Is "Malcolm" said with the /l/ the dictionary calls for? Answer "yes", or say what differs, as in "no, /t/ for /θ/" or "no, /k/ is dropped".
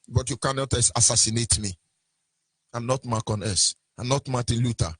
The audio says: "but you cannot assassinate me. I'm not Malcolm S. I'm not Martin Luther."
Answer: no, /l/ is dropped